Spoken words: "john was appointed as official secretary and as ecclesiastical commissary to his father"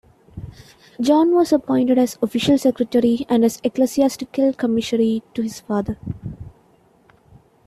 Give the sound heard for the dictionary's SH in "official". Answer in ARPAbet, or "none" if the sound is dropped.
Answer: SH